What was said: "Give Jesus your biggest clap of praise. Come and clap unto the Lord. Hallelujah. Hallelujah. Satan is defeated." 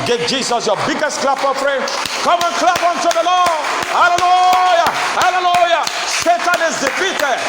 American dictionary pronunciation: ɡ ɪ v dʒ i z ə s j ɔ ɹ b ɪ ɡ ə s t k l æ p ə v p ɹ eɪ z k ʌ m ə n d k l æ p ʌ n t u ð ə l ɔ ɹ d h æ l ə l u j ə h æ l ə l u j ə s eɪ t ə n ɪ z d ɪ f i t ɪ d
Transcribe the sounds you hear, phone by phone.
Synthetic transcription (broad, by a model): ɡ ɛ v dʒ i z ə s j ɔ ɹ b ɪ ɡ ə s t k l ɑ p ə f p ɹ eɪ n k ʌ m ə n k l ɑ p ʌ n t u ð ə l ɔ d h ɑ l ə l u j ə h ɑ l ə l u j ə s eɪ t ə n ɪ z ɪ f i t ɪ